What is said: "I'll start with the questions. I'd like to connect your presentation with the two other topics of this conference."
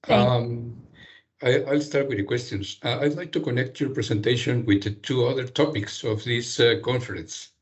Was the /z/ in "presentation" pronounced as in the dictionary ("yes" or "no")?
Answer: no